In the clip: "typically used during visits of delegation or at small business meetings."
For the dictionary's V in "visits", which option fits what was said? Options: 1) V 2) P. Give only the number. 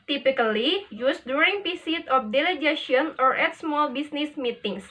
2